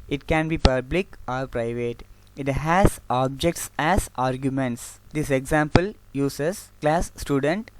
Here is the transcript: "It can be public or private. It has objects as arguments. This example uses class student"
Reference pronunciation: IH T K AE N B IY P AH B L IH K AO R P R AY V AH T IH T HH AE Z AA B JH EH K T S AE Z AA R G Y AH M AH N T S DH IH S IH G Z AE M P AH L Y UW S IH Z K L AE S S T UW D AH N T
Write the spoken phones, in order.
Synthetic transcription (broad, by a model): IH T K AE N B IY P AH B L IH K AO R P R AY V AH T IH T HH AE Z AA B JH EH K T S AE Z AA R G Y AH M AH N T S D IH S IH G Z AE M P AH L Y UW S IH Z K L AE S S T UW D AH N T